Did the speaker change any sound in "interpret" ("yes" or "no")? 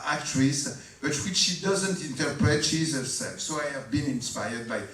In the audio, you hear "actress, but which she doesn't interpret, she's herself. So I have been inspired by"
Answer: no